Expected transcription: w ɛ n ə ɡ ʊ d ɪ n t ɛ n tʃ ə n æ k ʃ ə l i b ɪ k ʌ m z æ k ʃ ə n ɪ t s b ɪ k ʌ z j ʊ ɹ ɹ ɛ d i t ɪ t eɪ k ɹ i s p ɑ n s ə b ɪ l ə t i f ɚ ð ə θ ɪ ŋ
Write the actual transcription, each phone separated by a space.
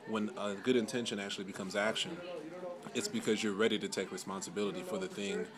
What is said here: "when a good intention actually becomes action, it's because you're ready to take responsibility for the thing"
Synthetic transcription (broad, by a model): w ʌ n ə ɡ ʊ d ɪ n t ɛ n ʃ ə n æ k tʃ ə l i b ɪ k ʌ m z æ k ʃ ə n ɪ t s b ɪ k ʌ z j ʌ ɹ ɹ ɛ d i t ɪ t eɪ k ɹ i s p ɑ n s ə b ɪ l ə t i f ɚ ð ə θ ɪ ŋ